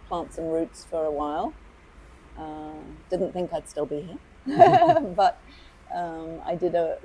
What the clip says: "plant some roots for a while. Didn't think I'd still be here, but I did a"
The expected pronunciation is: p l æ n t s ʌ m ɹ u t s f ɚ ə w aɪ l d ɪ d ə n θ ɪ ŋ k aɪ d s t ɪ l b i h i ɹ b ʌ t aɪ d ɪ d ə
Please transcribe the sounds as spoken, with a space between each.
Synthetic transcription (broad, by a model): p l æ n t s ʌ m ɹ u t s f ɚ ə w aɪ l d ɪ d n θ ɪ ŋ k aɪ d s t ɪ l b i h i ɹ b ʌ t aɪ d ɪ d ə